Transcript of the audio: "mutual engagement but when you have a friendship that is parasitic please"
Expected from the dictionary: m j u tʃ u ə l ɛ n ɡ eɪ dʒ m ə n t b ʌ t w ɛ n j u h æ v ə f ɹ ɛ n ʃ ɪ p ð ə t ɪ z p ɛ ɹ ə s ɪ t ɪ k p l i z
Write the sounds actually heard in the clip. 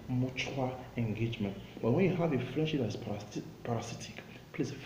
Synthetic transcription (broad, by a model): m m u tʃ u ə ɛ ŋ ɡ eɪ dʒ m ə n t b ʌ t w ɛ n j u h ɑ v ə f ɹ ɛ n ʃ ɪ p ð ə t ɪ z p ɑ ɹ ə s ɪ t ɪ k p l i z